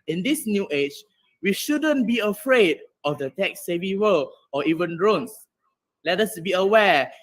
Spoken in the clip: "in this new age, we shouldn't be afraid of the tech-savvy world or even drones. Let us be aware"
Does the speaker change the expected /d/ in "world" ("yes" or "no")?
yes